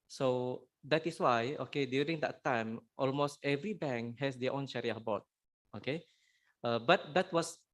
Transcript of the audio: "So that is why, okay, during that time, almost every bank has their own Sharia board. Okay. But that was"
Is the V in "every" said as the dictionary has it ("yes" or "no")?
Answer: yes